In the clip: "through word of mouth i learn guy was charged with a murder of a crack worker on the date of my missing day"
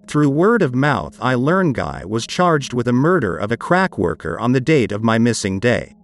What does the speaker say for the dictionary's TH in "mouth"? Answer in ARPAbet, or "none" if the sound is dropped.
TH